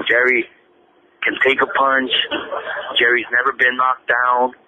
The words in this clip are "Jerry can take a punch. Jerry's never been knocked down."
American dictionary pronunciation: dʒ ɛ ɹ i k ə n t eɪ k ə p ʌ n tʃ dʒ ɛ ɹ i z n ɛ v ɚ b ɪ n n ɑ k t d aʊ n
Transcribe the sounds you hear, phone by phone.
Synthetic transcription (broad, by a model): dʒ ɛ ɹ i k ə n t eɪ k ə p ʌ n tʃ dʒ ɛ ɹ i z n ɛ v ɚ b ɪ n n ɑ k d aʊ n